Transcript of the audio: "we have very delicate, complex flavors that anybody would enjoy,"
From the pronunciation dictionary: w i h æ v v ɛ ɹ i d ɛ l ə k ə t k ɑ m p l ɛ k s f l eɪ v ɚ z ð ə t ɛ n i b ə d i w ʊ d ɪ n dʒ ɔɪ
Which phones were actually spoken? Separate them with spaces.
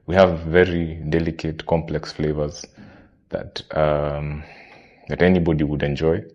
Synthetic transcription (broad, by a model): w i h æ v v ɛ ɹ i d ɛ l ə k ə t k ɑ m p l ɛ k s f l eɪ v ɚ z ð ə t ɛ n i b ə d i w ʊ d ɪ n dʒ ɔɪ